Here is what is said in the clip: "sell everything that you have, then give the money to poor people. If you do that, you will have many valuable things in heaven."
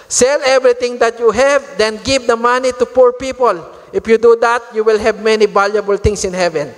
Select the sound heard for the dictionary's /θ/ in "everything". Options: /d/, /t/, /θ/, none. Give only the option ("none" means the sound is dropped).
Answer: /t/